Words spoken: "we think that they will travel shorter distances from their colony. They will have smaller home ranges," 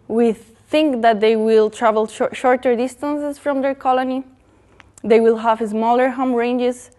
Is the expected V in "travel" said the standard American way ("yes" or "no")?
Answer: yes